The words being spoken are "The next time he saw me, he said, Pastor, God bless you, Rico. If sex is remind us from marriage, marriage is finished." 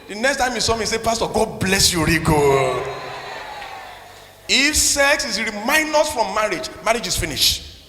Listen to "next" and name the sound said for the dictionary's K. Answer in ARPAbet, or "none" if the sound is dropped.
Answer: K